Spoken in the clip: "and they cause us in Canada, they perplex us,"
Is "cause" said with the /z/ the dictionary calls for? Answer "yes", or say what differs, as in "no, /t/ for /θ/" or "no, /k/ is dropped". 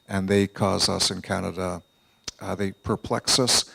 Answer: yes